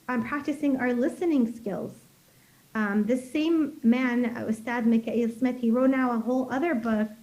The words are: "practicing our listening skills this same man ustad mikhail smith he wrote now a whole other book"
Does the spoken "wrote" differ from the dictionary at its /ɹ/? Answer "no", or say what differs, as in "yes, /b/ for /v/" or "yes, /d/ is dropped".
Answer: no